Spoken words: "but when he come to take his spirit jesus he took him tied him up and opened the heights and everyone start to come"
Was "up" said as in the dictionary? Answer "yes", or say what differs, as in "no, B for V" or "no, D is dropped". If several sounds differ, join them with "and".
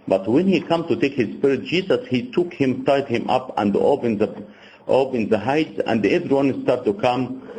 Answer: yes